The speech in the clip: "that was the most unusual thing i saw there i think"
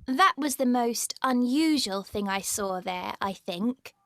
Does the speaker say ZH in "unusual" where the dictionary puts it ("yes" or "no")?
yes